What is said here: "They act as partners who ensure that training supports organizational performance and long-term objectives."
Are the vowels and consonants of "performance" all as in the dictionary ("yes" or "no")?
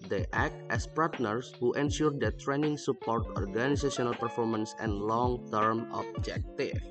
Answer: yes